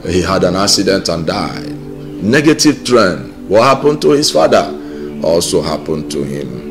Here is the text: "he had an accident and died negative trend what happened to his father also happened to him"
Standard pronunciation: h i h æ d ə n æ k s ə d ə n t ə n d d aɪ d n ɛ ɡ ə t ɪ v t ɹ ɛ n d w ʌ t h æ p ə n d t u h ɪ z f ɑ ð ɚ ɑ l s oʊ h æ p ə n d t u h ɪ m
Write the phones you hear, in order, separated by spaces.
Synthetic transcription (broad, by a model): h i h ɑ d ə n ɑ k s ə d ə n t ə n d d aɪ d n ɛ ɡ ə t ɪ v t ɹ ɛ n d w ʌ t h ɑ p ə n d t u h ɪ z f ɑ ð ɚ ɑ l s oʊ h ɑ p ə n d t u h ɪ m